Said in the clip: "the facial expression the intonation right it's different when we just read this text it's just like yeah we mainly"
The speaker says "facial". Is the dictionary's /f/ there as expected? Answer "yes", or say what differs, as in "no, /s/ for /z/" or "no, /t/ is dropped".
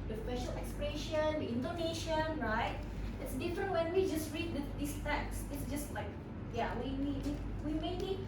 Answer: no, /p/ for /f/